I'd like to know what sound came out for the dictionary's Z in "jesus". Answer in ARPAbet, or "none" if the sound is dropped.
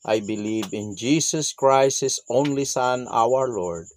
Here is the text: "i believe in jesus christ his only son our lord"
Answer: S